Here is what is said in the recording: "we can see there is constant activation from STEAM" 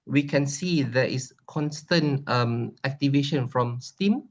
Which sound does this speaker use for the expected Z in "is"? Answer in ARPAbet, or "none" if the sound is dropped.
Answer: S